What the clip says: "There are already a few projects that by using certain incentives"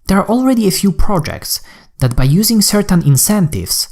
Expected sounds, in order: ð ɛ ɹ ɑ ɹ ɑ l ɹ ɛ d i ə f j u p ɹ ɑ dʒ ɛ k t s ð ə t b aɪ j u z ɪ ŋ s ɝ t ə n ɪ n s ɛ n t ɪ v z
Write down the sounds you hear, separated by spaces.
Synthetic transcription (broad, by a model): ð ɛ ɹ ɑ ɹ ɑ l ɹ ɛ d i ə f j u p ɹ ɑ dʒ ɛ k t s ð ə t b aɪ j u z ɪ ŋ s ɝ t ə n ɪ n s ɛ n t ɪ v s